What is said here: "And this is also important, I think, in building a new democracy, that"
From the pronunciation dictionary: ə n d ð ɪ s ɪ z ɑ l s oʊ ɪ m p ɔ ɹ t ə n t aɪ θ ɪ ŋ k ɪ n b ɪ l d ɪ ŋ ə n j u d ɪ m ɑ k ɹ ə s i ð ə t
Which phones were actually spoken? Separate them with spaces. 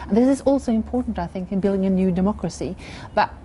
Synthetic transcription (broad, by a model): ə n ð ɪ s ɪ z ɑ l s oʊ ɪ m p ɔ ɹ t n t aɪ θ ɪ ŋ k ɪ n b ɪ l d ɪ ŋ ə n j u d ɪ m ɑ k ɹ ə s i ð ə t